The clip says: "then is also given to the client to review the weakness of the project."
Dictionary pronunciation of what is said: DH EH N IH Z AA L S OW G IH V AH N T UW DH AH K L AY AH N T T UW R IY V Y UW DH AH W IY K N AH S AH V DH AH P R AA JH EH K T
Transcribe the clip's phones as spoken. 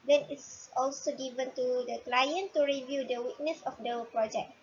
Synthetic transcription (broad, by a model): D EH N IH S AA L S OW G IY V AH N T UW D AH K L AY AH N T T UW R IY V Y UW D AH W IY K N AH S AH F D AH P R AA JH EH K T